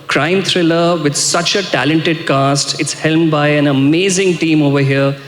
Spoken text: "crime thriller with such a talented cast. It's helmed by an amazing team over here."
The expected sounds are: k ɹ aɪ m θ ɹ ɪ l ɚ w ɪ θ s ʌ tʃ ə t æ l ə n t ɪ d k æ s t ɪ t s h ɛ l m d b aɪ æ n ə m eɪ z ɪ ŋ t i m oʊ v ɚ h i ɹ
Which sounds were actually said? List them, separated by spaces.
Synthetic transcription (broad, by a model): k ɹ aɪ m t ɹ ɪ l ɚ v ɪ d s ʌ tʃ ə t æ l ə n t ɪ d k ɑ s t ɪ t s h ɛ l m b aɪ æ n ə m eɪ z ɪ ŋ t i m oʊ v ɚ h i ɹ